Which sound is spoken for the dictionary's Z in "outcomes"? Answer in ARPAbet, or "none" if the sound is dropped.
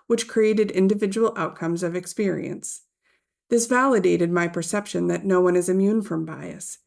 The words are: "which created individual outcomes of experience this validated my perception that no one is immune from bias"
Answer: Z